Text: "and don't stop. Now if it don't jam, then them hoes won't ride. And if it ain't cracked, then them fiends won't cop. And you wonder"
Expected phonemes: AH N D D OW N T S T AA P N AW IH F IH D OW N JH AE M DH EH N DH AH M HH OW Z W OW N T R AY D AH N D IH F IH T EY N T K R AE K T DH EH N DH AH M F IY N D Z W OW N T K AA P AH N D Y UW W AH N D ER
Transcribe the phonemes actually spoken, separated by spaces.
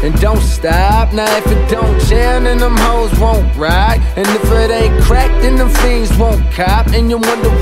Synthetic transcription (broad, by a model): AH N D D OW N T S T AA P N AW IH F IH D OW N CH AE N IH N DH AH M HH OW Z W OW N T R AY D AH N IH F IH T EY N K R AE K T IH N DH AH M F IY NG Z W OW N K AA P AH N Y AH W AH N D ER